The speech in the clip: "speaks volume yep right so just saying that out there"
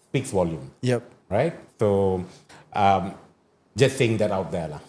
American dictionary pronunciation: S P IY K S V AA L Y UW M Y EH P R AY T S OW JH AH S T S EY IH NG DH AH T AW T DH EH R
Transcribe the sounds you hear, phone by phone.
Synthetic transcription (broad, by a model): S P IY K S W AA L Y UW M Y EH P R AY T S OW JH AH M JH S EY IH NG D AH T AW T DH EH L